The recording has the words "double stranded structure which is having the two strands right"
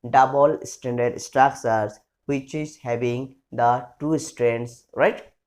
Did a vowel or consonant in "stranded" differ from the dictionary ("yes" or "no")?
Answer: yes